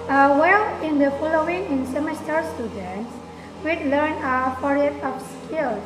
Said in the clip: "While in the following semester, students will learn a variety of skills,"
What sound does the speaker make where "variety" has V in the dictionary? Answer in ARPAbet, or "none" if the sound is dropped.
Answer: F